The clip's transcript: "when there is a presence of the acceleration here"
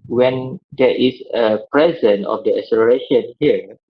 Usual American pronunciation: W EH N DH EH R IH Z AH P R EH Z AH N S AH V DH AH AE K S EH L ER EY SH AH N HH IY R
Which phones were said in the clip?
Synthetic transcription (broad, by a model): W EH N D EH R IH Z AH P R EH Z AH N AH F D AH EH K S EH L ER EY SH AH N HH IY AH